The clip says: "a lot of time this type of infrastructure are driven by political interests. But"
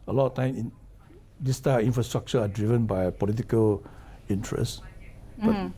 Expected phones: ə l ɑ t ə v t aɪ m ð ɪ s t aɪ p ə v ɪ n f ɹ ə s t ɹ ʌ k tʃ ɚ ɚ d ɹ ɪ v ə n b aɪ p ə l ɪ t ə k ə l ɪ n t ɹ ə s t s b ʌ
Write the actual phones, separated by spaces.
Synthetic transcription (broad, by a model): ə l ɑ t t aɪ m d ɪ s t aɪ ə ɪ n f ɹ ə s t ɹ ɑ k tʃ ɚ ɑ d ɹ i v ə n b aɪ p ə l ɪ t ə k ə l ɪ n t ɹ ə s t b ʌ